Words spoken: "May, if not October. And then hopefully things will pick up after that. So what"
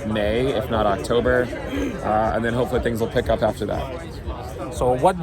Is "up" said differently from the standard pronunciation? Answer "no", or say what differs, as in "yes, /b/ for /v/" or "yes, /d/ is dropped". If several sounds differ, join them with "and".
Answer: no